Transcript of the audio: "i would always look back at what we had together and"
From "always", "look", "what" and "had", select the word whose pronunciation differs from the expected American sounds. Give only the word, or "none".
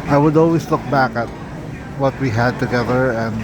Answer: always